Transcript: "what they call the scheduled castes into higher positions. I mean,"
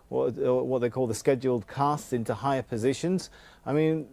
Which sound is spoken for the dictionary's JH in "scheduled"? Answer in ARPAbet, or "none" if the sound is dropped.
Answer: JH